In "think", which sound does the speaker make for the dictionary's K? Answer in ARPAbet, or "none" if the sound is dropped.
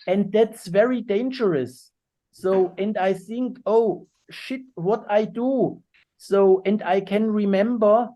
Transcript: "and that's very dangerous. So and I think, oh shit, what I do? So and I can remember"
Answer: K